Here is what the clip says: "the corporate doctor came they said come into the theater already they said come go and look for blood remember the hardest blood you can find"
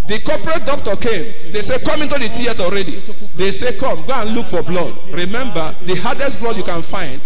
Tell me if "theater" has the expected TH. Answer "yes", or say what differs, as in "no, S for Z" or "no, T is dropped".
no, T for TH